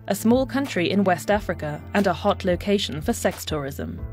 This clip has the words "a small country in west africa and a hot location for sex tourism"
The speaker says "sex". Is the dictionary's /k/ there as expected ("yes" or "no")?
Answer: yes